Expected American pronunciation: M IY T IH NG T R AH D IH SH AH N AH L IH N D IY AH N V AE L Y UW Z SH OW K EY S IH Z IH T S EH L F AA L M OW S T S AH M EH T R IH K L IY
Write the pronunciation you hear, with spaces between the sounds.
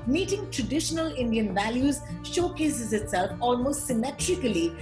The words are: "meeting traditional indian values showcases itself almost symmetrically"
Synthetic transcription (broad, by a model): M IY T IH NG T R AH D IH SH AH N AH L IH N D IY AH N V AE L Y UW Z SH OW K EY S IH Z IH T S EH L F AA L M OW S T S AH M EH T R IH K L IY